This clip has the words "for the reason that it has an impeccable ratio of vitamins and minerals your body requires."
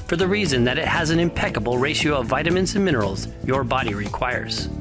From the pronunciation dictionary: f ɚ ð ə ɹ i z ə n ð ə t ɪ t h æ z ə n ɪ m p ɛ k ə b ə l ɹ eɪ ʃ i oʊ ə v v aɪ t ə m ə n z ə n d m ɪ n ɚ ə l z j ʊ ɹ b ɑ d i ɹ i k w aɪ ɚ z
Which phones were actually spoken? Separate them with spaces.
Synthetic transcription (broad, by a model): f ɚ ð ə ɹ i z ə n ð ə t ɪ t h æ z ə n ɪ m p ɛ k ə b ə l ɹ eɪ ʃ i oʊ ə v v aɪ t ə m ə n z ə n m ɪ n ɚ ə l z j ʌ ɹ b ɑ d i ɹ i k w aɪ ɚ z